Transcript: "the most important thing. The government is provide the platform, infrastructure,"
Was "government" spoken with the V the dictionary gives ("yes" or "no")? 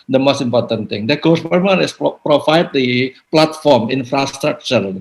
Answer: no